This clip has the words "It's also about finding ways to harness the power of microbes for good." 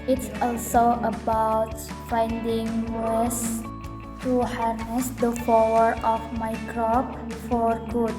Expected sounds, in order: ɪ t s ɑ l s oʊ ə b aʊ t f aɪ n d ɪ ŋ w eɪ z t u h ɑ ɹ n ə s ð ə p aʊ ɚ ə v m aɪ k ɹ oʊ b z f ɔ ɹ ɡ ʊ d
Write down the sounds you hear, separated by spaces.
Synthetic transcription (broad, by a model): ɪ t s ɑ l s oʊ ə b aʊ t f aɪ n d ɪ ŋ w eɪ s t u h ɑ ɹ n ə s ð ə f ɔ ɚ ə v m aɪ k ɹ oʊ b f ɔ ɹ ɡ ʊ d